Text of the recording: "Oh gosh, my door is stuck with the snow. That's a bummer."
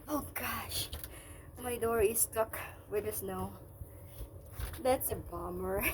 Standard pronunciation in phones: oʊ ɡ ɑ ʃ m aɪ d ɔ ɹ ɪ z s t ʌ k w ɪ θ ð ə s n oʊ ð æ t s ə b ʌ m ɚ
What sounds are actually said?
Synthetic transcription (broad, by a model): oʊ ɡ ɑ ʃ m aɪ d ɔ ɹ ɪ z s t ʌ k w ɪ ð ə s n oʊ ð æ t s ə b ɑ m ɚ